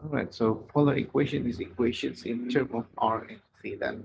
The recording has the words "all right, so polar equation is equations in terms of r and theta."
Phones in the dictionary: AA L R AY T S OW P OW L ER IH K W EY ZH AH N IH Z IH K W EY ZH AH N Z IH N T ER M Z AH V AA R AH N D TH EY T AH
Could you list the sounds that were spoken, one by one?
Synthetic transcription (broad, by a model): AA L R AY T S OW P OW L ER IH K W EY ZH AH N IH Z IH K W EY SH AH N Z IH N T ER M AH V AA R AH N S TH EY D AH